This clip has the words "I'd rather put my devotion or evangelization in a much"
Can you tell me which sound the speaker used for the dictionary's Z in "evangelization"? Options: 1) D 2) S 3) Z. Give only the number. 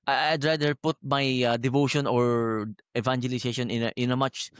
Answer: 2